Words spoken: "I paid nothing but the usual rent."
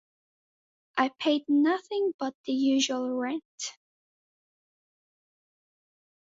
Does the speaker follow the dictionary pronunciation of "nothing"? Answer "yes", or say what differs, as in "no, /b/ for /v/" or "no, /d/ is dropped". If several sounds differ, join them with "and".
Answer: yes